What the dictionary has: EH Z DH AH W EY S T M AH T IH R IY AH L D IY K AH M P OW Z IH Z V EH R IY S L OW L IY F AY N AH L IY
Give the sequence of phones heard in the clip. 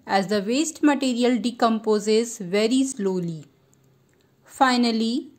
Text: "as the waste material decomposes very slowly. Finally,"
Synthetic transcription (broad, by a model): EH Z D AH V EY S T M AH T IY R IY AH L D IY K AH M P OW Z IH Z V EH R IY S L OW L IY F AY N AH L IY